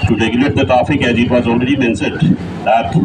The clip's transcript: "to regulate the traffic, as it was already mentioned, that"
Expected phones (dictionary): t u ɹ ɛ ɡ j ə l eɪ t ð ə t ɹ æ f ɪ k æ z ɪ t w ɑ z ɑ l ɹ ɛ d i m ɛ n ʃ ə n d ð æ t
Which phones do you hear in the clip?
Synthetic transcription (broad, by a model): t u ɹ ɛ ɡ j ə l eɪ t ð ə t ɹ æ f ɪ k æ z ɪ t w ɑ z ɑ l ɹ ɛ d i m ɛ n s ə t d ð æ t